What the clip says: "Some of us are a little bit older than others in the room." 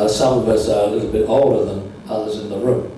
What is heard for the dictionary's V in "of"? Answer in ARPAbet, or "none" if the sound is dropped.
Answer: V